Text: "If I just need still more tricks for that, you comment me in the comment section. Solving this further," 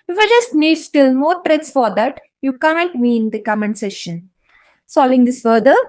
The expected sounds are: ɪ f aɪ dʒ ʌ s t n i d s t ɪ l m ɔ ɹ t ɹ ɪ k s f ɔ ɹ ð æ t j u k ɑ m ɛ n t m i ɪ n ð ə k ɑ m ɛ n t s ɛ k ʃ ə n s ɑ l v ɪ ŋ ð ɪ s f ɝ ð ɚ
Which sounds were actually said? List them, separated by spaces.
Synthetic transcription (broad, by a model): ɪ f aɪ dʒ ʌ s t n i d s t ɪ l m ɔ ɹ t ɹ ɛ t s f ɔ ɹ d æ t j u k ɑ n n t m i n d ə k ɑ m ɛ n s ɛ ʃ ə n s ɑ l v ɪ ŋ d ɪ s f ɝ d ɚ